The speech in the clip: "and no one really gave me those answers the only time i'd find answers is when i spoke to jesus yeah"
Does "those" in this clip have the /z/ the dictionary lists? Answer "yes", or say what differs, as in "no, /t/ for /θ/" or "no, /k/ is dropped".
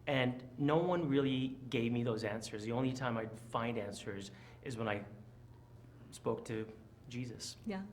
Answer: yes